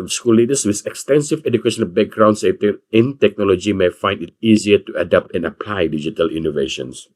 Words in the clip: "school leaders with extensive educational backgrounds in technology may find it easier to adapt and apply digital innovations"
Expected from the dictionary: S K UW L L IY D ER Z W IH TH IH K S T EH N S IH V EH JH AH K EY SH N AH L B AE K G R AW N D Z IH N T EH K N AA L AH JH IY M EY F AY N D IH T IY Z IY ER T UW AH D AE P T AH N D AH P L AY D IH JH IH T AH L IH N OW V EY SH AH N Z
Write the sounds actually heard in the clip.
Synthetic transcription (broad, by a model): S K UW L L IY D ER S W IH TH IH K S T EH N S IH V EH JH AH K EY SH AH N B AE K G R AW N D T IH N T EH K N AA L AH JH IY M EY F AY N D IH T IY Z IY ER T UW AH D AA P T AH N AH P L AY D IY JH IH T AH L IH N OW V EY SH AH N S